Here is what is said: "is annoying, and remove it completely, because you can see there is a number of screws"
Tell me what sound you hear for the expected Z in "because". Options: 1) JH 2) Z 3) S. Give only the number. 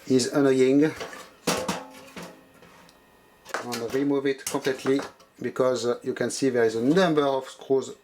2